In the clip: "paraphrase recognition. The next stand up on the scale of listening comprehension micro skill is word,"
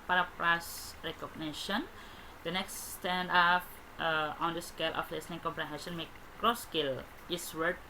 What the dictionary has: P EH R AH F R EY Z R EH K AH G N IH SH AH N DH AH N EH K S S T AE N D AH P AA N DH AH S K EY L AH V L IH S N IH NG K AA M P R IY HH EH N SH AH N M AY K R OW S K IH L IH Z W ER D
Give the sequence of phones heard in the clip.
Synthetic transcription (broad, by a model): P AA R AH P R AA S R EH K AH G N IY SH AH N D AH N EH K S S T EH N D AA F AA N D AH S K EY L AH F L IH S N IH NG K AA M P R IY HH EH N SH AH N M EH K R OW S K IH L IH S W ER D